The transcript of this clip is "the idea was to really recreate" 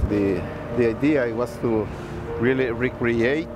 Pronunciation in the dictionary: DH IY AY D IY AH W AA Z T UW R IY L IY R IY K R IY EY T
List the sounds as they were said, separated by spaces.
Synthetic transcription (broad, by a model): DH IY AY D IY AH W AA S T UW R IY L IY R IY K R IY EY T